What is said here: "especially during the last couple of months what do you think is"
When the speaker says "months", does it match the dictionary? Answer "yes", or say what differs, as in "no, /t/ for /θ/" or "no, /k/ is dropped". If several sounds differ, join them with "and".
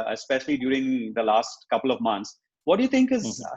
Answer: no, /t/ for /θ/